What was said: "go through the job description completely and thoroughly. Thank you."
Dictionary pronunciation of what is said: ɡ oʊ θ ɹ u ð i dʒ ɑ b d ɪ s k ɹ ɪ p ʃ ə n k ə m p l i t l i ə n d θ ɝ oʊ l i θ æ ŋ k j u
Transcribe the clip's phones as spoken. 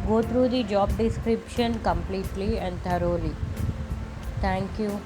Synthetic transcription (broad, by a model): ɡ oʊ t ɹ u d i dʒ ɑ b d ɪ s k ɹ ɪ p ʃ ə n k ə m p l i t l i ə n d t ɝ oʊ l i t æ ŋ k j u